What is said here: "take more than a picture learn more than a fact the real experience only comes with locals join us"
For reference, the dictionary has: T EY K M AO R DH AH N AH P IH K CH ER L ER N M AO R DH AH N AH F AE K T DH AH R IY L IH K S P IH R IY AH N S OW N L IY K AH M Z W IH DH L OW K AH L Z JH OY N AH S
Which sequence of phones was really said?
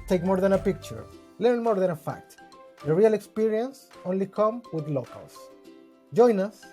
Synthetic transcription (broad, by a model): T EY K M AO R DH AH N AH P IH K CH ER L ER N M AO R DH AH N AH F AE K T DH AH R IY L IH K S P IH R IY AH N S OW N L IY K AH M W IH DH L OW K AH L S JH OY N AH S